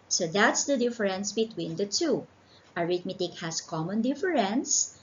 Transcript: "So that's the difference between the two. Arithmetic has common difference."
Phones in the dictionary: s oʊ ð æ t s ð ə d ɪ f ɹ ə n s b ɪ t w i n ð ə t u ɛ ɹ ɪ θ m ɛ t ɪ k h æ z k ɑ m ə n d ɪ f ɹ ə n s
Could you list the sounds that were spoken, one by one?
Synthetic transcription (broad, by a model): s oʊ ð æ t s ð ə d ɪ f ɹ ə n s b ɪ t w i n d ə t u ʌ ɹ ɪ t m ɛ t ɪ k h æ s k ɑ m ə n d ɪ f ɹ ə n s